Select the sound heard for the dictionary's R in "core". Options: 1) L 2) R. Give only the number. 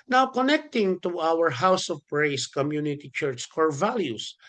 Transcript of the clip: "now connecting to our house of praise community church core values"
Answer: 2